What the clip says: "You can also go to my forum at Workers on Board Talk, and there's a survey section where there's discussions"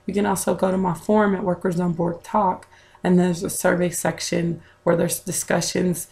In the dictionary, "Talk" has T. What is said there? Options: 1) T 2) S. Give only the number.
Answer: 1